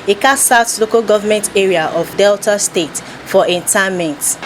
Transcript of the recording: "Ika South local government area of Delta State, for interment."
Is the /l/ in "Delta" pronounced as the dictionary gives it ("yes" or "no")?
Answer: yes